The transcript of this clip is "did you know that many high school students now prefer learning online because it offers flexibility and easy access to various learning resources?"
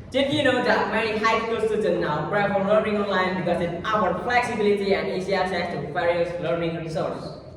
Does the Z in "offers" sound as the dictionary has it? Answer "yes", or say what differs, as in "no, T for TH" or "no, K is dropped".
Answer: no, Z is dropped